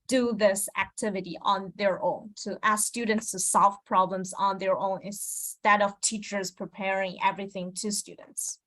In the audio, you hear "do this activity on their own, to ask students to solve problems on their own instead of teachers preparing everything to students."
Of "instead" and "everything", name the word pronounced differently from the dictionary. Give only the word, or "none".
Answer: instead